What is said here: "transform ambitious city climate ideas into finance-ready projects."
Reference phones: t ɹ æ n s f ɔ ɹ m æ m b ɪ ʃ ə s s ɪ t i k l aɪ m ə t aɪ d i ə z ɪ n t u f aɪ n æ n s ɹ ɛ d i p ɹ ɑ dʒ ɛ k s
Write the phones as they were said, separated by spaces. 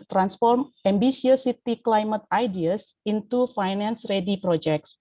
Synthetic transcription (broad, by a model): t ɹ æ n s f ɔ ɹ m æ m b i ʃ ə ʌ s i t i k l aɪ m ə t aɪ d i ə s ɪ n t u f aɪ n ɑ n s ɹ ɛ d i p ɹ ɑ dʒ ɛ k s